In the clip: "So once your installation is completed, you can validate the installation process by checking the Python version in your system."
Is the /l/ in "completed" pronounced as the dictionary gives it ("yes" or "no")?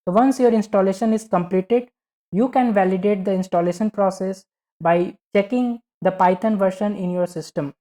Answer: yes